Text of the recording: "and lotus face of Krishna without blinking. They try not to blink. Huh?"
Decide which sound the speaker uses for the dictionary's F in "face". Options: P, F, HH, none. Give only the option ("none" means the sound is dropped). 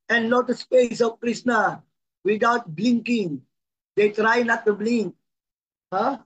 P